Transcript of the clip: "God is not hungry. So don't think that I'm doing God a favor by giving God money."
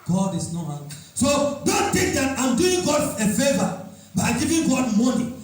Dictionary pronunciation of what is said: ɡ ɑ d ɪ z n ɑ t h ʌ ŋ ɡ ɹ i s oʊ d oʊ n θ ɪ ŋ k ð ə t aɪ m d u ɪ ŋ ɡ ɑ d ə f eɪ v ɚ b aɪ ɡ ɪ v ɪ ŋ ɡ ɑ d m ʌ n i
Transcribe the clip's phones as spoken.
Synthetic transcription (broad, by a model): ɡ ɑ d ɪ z n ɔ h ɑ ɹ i s oʊ d oʊ n t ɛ k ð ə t aɪ m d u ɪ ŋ ɡ ɑ d ə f eɪ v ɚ b aɪ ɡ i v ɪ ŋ ɡ ɑ d m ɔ n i